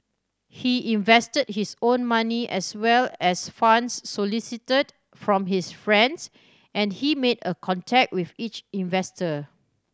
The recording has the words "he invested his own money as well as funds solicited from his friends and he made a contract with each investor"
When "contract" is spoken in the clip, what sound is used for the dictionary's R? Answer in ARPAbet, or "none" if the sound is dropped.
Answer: none